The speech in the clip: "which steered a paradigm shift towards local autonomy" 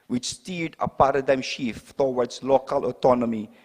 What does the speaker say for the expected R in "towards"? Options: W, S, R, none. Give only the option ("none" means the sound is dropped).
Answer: W